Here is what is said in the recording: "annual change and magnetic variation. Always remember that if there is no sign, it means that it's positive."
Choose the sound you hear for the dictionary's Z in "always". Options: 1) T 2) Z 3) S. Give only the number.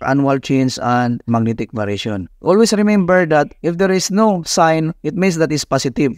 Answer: 3